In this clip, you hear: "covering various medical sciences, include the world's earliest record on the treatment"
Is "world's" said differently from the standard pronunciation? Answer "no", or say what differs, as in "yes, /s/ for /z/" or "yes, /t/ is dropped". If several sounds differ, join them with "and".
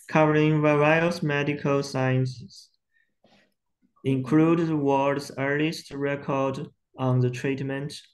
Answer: yes, /l/ is dropped